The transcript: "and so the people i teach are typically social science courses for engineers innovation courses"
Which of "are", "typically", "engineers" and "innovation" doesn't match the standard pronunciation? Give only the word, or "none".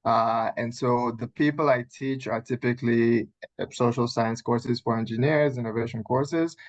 none